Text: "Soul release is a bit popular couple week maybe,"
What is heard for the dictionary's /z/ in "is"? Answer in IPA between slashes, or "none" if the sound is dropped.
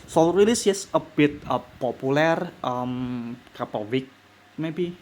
/s/